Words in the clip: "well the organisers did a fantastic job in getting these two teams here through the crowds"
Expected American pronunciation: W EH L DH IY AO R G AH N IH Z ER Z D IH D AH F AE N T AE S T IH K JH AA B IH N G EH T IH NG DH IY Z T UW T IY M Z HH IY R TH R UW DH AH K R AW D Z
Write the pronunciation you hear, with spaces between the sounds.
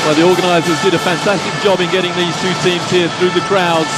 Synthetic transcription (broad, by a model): W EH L DH IY AO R G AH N IH Z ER Z D IH D AH F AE N T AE S T IH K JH AA B IH N G EH T IH NG DH IY Z T UW T IY M Z HH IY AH TH R UW DH AH K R AW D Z